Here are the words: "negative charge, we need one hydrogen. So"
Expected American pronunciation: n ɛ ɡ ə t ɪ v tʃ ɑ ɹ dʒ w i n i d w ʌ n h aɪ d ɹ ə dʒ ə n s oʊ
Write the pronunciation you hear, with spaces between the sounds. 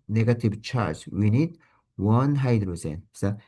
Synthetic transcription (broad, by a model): n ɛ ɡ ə t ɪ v tʃ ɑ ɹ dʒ w i n i d w ʌ n h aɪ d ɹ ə z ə n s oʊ